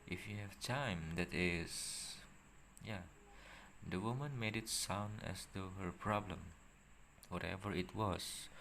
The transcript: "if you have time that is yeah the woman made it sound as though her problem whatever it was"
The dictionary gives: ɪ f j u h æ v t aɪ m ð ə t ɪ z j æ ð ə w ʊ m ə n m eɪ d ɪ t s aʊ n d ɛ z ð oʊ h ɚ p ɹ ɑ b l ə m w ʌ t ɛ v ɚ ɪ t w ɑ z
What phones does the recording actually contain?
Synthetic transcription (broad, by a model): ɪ f j u h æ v t aɪ m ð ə t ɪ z j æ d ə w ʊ m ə n m eɪ d ɪ t s aʊ n d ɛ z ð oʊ h ɚ p ɹ ɑ b l ə m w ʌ t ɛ v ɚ ɪ t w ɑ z